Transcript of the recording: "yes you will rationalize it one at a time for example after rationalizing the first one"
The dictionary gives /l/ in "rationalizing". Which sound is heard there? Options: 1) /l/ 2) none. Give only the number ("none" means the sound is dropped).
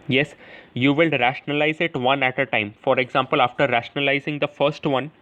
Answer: 1